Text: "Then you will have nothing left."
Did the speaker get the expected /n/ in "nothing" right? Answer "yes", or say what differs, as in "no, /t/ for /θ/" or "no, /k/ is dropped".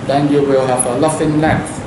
no, /l/ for /n/